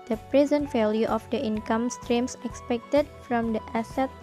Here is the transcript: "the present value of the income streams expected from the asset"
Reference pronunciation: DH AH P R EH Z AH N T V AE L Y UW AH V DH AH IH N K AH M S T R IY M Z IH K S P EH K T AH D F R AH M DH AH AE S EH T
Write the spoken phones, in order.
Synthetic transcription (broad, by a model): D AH P R EH Z AH N T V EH L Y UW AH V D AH IH N K AH M S T R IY M S IH K S P EH K T AH D F R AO M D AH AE S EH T